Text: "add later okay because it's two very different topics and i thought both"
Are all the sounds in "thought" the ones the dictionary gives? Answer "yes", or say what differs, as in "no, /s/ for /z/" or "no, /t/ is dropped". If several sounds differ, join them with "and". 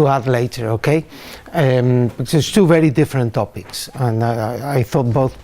yes